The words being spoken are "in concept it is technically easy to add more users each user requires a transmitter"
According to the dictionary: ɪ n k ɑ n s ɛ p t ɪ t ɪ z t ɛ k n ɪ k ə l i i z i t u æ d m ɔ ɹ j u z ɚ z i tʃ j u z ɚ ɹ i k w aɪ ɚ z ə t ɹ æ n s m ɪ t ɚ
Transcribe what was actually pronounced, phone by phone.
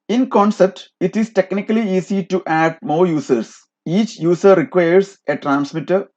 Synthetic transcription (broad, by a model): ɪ n k ɑ n s ɛ p t ɪ t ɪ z t ɛ k n ɪ k ə l i i s i t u æ d m ɔ ɹ j u s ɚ s i tʃ j u s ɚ ɹ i k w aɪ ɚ s ə t ɹ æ n s m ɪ t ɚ